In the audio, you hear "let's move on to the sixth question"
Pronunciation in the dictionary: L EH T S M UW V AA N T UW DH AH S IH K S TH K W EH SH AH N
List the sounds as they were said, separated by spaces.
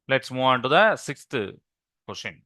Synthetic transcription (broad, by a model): L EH T S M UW AA N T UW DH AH S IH K S T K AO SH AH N